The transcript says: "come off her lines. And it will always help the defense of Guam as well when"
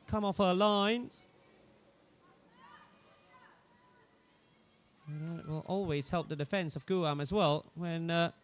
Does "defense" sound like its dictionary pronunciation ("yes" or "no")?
yes